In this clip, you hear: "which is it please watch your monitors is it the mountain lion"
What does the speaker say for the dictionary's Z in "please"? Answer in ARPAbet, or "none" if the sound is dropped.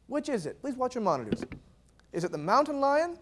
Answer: Z